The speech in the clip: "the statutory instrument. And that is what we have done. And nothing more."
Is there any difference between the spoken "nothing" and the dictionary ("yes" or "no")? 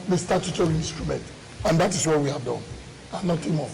yes